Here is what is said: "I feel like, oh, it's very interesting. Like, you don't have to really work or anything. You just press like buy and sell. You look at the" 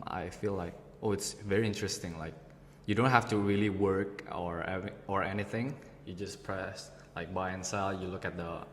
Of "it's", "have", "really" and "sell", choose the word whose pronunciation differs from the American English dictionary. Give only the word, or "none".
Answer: have